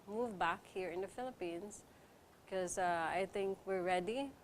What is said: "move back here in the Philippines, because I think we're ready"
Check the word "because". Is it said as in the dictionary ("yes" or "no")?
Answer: no